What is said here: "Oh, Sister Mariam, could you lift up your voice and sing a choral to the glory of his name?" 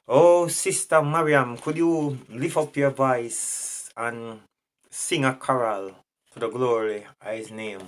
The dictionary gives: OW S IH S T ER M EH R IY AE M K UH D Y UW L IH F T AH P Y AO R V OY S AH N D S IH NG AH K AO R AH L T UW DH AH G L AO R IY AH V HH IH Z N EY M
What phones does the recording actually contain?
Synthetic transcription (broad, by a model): OW S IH S T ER M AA R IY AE M K UH D Y UW L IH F AH P Y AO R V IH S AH N S IH NG AH K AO R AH L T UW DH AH G L AO R IY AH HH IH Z N EY M